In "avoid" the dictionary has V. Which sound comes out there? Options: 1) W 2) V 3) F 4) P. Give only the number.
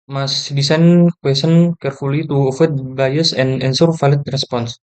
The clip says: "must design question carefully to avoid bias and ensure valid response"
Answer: 3